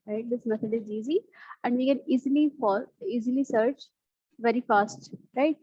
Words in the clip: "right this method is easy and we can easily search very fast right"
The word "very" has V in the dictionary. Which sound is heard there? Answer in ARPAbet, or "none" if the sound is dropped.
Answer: V